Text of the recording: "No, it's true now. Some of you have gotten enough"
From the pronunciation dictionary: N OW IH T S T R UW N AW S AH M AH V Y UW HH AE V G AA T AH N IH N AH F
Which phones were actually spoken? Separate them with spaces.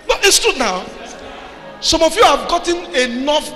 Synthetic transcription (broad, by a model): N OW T S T UW N AW S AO M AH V Y UW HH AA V G AA T AH N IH N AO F